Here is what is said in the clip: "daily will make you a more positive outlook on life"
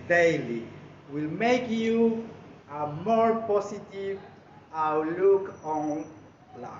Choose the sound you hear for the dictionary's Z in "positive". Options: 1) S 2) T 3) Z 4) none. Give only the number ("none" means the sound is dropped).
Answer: 1